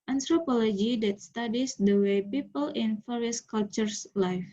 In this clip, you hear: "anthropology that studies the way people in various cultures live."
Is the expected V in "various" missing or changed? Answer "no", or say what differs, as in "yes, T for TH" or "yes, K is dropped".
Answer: yes, F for V